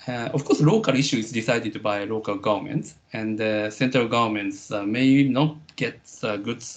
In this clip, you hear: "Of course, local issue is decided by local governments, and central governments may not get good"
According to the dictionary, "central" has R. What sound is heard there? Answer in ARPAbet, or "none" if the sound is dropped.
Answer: R